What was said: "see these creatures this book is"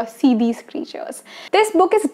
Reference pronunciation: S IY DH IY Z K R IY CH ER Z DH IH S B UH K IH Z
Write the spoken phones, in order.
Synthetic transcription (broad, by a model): S IY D IY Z K R IY CH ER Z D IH S B UH K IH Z